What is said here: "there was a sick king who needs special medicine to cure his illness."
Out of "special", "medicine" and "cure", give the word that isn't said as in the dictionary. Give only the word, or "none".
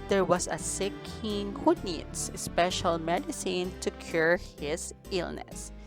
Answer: none